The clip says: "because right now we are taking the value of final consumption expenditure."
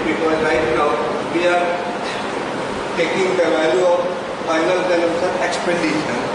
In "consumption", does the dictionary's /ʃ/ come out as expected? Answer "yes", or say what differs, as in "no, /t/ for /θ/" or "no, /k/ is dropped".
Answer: no, /s/ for /ʃ/